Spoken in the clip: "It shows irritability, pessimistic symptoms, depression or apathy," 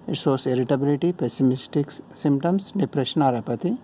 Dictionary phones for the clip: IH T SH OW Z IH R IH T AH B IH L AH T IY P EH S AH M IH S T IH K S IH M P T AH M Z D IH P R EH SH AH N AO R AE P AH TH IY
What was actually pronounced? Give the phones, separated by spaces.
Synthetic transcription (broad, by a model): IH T S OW S IH R IH T AH B IH L AH T IY P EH S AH M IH S T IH K S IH M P T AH M S D IH P R EH SH AH N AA R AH P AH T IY